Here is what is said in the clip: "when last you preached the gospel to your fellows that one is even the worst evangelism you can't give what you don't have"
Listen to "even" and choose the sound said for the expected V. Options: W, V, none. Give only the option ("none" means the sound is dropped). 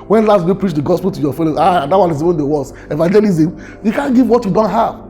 W